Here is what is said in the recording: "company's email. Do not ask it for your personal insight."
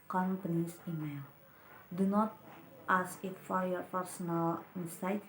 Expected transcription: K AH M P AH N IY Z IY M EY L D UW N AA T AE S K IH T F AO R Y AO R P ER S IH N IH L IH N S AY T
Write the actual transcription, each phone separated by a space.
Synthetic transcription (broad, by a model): K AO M P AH N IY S IY M EY L D UW N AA T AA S IH T F AO R Y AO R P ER S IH N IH L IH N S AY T